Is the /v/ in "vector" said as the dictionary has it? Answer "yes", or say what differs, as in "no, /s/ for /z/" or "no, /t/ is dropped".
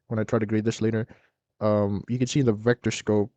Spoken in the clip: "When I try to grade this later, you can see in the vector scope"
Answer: yes